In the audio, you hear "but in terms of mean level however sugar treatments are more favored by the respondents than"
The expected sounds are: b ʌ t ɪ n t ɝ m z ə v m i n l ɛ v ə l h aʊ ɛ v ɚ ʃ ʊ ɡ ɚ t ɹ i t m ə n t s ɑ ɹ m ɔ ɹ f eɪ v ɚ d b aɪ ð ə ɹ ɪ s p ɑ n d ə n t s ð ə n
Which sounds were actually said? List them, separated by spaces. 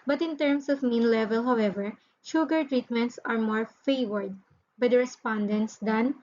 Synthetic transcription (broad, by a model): b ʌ t ɪ n t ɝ m s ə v m i n l ɛ v ə l h aʊ ɛ v ɚ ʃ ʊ ɡ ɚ t ɹ i t m ə n t s ɑ ɹ m ɔ ɹ f eɪ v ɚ d b aɪ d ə ɹ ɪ s p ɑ n d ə n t s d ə n